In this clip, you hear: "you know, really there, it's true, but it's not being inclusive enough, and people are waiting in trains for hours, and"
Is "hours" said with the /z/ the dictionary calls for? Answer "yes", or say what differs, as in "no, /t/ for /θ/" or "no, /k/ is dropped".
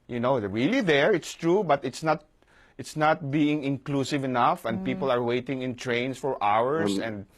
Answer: no, /s/ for /z/